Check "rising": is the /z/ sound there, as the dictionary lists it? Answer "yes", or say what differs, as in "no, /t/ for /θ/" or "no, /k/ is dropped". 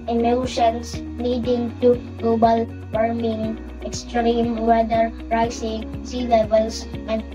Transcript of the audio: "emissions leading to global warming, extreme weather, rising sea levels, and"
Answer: no, /s/ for /z/